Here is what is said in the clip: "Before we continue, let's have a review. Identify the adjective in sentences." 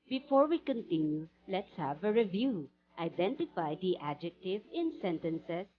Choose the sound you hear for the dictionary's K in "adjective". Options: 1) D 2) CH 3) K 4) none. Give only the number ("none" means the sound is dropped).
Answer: 3